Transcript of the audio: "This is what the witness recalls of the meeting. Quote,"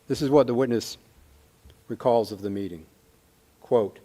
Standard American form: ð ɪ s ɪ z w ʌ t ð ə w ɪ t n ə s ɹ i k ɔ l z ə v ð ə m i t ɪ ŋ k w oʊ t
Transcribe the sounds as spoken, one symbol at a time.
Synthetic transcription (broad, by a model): ð ɪ s ɪ z w ʌ t ð ə w ɪ t n ə s ɹ i k ɔ l z ə v ð ə m i t ɪ ŋ k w oʊ t